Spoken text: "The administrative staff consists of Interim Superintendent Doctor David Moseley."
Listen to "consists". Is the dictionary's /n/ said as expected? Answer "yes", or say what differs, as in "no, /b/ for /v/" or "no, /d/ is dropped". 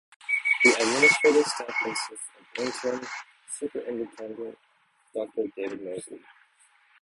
no, /n/ is dropped